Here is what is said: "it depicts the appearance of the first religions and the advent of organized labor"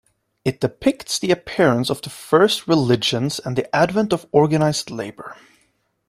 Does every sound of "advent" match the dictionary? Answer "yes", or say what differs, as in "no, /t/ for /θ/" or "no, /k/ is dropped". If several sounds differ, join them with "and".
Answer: yes